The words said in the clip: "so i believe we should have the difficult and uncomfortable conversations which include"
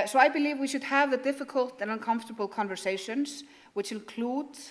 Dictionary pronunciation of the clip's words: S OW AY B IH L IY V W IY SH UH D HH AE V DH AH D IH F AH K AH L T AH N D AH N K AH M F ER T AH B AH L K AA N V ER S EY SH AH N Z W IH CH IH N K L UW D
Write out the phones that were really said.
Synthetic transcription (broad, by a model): S OW AY B IH L IY V W IY SH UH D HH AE V DH AH D IH F AH K AH L T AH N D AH N K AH M F T AH B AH L K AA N V ER S EY SH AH N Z W IH CH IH N K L UW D